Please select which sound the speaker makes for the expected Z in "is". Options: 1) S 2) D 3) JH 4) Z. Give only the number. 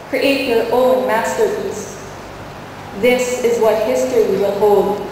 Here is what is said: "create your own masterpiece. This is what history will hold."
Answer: 4